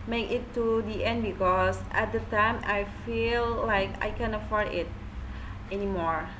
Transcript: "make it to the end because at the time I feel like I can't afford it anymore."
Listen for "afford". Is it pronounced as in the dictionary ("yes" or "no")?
yes